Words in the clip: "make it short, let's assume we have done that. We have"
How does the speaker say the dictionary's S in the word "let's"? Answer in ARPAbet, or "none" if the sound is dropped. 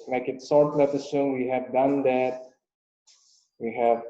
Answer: none